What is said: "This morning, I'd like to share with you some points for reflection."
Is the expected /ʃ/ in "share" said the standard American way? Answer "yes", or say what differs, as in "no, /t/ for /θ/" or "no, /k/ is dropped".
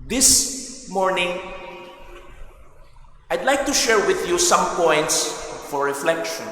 yes